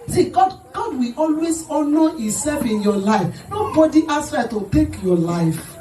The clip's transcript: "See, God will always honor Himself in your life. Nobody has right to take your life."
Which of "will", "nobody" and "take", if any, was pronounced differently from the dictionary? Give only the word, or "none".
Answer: will